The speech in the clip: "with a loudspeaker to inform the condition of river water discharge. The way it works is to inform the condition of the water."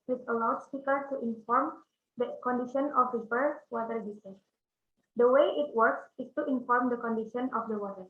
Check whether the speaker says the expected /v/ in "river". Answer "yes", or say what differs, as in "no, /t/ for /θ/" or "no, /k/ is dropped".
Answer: no, /b/ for /v/